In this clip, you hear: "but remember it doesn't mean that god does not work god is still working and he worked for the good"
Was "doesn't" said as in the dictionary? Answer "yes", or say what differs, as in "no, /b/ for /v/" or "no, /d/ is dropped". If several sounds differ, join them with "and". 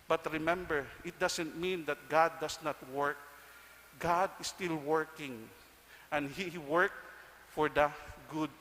no, /s/ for /z/